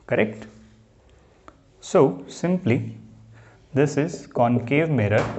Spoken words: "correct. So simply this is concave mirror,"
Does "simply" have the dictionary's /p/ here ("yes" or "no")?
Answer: yes